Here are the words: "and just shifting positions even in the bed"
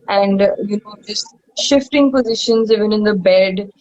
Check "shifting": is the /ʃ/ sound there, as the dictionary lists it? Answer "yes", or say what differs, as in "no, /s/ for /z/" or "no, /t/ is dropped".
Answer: yes